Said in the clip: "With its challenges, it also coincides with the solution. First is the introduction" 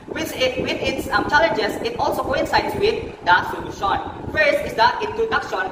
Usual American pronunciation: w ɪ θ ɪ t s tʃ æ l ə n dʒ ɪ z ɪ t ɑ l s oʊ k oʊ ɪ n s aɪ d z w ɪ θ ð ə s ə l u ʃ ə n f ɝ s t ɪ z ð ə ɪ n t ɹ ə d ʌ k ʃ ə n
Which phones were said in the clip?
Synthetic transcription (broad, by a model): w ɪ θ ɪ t s tʃ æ l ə n dʒ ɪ s ɪ t ɑ l s oʊ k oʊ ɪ n s aɪ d s w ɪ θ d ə s ə l u ʃ ə n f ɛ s ɪ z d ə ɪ n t ɹ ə d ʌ k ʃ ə n